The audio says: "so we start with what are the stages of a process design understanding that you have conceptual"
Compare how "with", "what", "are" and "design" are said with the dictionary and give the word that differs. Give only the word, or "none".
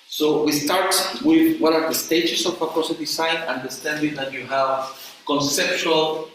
design